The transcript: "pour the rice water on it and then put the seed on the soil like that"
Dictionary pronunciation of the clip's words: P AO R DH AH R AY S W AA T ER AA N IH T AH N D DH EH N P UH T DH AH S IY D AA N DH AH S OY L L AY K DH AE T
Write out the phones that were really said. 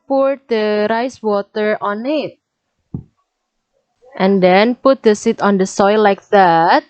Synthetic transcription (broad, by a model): P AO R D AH R AY S W AA T ER AA N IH T AH N D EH N P UH T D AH S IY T AA N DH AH S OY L L AY K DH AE T